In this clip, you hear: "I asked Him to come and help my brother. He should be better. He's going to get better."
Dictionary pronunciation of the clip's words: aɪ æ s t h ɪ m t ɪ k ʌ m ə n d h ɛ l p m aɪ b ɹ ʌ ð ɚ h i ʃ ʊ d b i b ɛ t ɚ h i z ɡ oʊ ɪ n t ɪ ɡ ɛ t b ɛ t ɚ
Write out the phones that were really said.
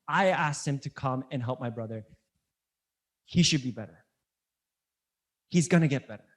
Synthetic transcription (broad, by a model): aɪ æ s t h ɪ m t ɪ k ʌ m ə n h ɛ l p m aɪ b ɹ ʌ ð ɚ h i ʃ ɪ d b i b ɛ t ɚ h i z ɡ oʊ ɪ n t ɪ ɡ ɛ t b ɛ t ɚ